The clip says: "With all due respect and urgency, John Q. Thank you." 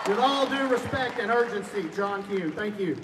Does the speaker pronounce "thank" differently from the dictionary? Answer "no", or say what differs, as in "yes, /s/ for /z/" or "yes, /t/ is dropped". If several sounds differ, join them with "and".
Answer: no